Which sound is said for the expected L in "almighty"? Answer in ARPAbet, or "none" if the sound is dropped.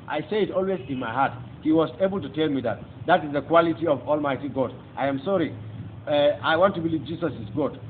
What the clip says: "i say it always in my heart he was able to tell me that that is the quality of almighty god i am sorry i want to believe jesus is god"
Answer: L